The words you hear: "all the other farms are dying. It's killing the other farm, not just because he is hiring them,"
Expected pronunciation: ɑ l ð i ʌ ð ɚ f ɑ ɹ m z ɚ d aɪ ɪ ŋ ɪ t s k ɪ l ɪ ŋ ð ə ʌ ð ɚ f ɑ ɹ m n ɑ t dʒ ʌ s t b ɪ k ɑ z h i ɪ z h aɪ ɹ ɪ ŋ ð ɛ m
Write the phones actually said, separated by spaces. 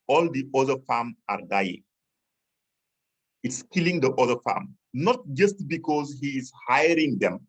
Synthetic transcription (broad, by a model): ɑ l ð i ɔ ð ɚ f ɑ m ɑ d aɪ ɪ ŋ ɪ t s k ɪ l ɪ ŋ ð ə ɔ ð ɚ f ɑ m n ɑ t dʒ ʌ s t b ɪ k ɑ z h i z h aɪ ɹ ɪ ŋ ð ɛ m